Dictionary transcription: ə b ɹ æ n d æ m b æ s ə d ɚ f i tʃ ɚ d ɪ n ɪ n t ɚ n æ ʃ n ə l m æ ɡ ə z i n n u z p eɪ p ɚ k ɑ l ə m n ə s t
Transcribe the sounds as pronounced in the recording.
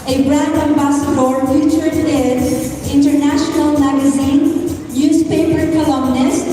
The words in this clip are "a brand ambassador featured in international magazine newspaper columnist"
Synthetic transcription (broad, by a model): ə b ɹ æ d æ m b æ s ə d ɚ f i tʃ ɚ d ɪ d ɪ n t ɚ n æ ʃ n ə l m æ ɡ ə z i n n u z p eɪ p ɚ k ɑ l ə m n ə s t